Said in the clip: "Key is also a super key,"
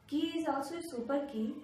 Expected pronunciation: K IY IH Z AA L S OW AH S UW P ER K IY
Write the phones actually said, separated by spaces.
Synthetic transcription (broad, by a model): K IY IH Z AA S AH S UW P ER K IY